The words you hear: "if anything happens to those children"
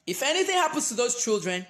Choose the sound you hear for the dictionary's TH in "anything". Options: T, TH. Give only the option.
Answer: TH